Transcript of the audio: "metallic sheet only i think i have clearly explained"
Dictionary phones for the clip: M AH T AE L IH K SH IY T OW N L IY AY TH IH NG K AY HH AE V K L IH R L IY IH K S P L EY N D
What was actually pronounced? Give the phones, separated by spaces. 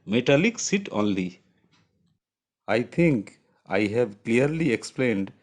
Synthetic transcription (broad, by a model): M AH T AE L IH K S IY T OW N L IY AY T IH NG K AY HH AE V K L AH R L IY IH K S P L EY N D